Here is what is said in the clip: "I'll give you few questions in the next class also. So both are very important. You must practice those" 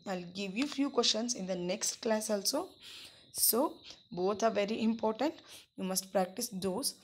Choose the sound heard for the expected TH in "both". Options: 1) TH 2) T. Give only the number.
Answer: 2